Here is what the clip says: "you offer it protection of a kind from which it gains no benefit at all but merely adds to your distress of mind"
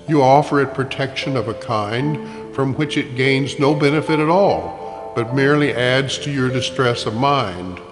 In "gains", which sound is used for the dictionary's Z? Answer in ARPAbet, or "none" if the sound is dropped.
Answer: Z